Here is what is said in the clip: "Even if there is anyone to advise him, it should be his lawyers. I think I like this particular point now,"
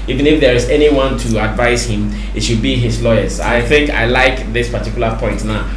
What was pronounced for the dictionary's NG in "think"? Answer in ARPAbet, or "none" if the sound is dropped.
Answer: NG